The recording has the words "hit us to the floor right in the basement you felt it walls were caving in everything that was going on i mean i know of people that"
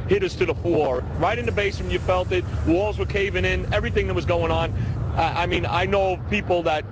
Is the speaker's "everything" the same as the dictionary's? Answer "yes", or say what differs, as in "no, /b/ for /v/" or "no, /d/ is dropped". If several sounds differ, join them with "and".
yes